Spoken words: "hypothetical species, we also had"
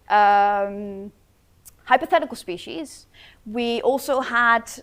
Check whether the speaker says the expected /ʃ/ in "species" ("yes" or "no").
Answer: yes